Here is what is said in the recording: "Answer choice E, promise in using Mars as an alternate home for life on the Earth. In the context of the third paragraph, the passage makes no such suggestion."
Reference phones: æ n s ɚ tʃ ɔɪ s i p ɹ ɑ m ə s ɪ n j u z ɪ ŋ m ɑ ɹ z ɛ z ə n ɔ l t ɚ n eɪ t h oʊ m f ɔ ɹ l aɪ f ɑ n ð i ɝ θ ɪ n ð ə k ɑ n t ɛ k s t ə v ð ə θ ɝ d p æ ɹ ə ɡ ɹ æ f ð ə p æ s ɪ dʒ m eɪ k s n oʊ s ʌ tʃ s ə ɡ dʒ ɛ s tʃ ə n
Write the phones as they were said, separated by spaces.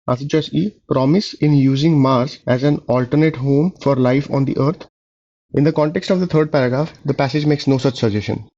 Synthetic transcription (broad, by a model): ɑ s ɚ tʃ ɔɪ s i p ɹ ɑ m ə s ɪ n j u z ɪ ŋ m ɑ ɹ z ɛ z ə n ɔ l t ɚ n eɪ t h oʊ m f ɔ ɹ l aɪ f ɑ n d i ɝ t ɪ n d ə k ɑ n t ɛ k s t ə v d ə t ɝ d p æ ɹ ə ɡ ɹ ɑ f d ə p æ s ɪ dʒ m eɪ k s n oʊ s ʌ tʃ s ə dʒ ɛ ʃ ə n